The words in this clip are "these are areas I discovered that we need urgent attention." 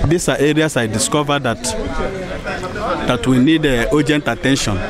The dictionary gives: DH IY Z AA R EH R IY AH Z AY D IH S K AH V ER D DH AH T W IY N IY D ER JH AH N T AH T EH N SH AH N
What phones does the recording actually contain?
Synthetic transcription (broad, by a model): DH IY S AA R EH R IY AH S AY D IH S K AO V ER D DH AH T W IY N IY D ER JH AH N T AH T EH N SH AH N